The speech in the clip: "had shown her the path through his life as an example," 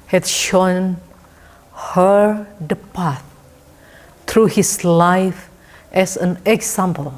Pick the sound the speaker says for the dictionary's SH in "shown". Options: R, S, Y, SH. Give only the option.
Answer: SH